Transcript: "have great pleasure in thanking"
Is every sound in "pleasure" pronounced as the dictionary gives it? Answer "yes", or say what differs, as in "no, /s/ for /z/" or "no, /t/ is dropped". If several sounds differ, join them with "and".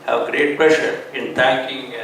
no, /ʃ/ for /ʒ/